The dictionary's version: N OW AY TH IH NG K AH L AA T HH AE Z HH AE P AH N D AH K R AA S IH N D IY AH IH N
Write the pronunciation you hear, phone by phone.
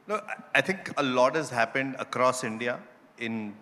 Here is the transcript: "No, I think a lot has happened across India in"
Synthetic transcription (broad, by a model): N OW AY T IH NG K AH L AA T HH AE Z HH AE P AH N D AH K R AA S IH N D IY AH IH N